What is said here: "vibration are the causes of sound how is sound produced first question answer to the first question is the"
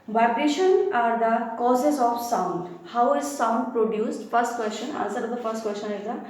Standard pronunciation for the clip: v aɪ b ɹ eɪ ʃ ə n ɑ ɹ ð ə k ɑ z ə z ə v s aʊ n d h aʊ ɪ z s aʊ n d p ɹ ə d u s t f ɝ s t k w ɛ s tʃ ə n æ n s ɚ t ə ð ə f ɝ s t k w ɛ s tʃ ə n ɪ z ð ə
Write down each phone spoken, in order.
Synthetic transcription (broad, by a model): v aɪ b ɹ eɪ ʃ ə n ɑ ɹ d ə k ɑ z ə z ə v s aʊ n d h aʊ ɪ z s aʊ n d p ɹ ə d u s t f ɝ s t k w ɛ s tʃ ə n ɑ l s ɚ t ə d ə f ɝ s t k w ɛ s tʃ ə n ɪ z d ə